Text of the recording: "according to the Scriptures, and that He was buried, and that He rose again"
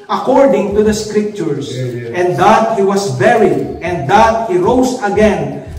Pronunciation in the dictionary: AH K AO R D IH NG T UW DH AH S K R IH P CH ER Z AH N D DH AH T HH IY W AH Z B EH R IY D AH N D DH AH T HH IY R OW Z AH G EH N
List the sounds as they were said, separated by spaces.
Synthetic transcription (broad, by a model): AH K AO R D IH NG T UW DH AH S K R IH P CH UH S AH N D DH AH T HH IY W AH S B EH R IY D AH N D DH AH T HH IY R OW S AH G EH N